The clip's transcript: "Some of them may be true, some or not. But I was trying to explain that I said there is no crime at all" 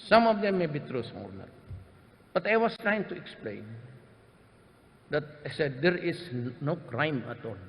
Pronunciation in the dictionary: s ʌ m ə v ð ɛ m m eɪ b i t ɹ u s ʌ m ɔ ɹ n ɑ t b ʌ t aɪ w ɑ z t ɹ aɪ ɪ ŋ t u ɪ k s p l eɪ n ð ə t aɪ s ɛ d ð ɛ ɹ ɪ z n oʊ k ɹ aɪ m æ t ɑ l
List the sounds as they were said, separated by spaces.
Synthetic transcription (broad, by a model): s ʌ m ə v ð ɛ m m eɪ b i t ɹ u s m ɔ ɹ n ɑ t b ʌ t aɪ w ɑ s t ɹ aɪ ɪ ŋ t u ɪ k s p l eɪ n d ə t aɪ s ɛ d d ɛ ɹ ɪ s n oʊ k ɹ aɪ m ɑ t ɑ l